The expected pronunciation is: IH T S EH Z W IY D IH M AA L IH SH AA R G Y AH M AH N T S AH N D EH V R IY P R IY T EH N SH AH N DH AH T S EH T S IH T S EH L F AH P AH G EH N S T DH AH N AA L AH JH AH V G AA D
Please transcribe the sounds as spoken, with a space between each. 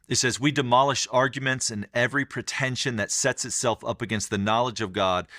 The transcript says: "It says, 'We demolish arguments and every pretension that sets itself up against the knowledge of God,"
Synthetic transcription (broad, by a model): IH T S EH Z W IY D IH M AA L IH SH AA R G Y AH M AH N T S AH N EH V R IY P R IY T EH N SH AH N DH AH T S EH T S IH T S EH L F AH P AH G EH N S T DH AH N AA L AH JH AH V G AA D